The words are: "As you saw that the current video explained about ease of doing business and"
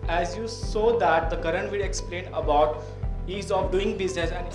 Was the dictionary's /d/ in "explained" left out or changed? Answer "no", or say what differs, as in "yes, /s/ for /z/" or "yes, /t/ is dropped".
yes, /d/ is dropped